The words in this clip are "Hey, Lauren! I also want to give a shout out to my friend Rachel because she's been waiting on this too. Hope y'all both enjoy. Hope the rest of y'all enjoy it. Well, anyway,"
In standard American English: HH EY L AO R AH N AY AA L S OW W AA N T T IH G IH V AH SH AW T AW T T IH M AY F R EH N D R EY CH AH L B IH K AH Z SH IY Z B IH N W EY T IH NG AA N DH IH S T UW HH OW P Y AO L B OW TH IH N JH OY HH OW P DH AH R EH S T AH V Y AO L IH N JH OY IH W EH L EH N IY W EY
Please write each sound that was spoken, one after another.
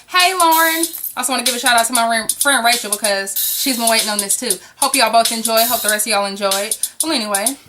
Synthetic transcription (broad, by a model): HH EY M AO R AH N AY AA L S OW W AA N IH G IH V AH SH AW T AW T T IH M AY F R EH N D R EY CH L B IH K AH Z SH IY Z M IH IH W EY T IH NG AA N DH IH S T UW HH OW P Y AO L B OW TH IH N JH OY HH OW P DH AH R EH S T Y AO L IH N JH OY IH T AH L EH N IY W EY